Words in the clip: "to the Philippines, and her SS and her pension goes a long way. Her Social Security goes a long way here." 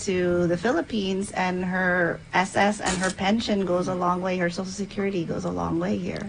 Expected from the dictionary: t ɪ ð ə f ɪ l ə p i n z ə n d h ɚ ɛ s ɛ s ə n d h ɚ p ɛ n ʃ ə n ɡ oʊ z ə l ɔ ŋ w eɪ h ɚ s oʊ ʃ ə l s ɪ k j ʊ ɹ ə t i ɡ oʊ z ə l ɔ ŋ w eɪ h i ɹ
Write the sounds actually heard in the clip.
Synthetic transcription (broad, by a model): t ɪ ð ə f ɪ l ə p i n z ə n h ɚ ɛ s ɛ s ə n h ɚ p ɛ n ʃ ə n ɡ oʊ z ə l ɔ ŋ w eɪ h ɚ s oʊ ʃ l s ɪ k j ʊ ɹ ə t i ɡ oʊ z ə l ɔ ŋ w eɪ h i ɹ